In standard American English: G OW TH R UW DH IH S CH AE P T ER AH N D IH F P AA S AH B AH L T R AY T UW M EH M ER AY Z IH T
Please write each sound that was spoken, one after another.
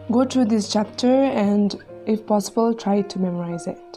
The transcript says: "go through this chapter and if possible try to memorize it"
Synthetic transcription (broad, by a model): G OW T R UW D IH S CH AE P T ER AH N D IH F P AA S AH B AH L T R AY T UW M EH M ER AY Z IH T